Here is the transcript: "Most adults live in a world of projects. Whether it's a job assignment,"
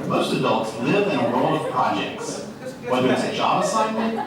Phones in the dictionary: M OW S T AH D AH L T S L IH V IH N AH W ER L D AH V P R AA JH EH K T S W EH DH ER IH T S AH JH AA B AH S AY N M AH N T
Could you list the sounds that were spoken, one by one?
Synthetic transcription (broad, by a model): M OW S T AH D AH L T S L IH V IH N AH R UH L AH V P R AA JH EH K T S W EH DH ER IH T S AH JH AA B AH S AY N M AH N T